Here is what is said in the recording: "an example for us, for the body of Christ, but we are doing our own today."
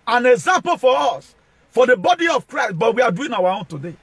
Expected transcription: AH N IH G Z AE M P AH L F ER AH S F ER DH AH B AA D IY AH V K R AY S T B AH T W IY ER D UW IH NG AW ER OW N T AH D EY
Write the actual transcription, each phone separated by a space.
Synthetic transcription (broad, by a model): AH N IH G Z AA M P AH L F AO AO S F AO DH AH B AA D IY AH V K R AY S T B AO T W IY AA D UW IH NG AW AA OW N T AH D EY